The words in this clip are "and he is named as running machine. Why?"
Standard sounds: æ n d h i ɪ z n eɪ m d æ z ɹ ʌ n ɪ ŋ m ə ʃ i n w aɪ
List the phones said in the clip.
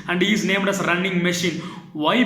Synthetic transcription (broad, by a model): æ n d h i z n eɪ m d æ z ɹ ʌ n ɪ ŋ m ə ʃ i n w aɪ